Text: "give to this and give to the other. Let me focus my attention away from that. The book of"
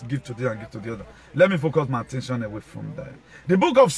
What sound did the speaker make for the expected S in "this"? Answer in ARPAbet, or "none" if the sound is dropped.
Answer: none